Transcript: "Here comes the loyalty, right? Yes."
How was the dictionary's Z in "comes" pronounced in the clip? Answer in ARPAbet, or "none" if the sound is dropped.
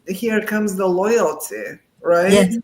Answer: Z